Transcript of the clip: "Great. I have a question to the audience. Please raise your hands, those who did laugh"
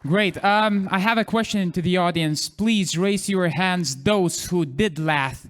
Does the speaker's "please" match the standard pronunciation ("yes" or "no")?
yes